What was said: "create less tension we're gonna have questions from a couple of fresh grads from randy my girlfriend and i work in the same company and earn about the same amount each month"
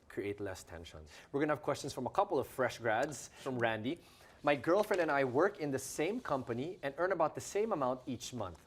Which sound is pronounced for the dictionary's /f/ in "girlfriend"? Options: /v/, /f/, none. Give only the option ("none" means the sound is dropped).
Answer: /f/